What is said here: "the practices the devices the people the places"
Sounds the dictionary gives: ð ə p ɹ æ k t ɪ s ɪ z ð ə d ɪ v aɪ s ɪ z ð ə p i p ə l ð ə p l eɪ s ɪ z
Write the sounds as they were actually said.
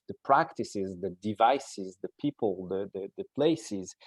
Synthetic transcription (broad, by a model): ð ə p ɹ æ k t ɪ s ɪ z ð ə d ɪ v aɪ s ɪ z ð ə p i p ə l ð ə p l eɪ s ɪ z